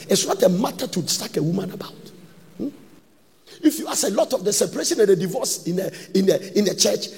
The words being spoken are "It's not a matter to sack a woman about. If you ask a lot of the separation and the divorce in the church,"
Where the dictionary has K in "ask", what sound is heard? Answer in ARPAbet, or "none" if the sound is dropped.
none